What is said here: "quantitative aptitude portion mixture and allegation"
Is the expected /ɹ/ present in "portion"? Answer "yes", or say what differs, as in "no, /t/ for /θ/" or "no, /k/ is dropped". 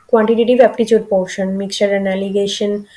no, /w/ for /ɹ/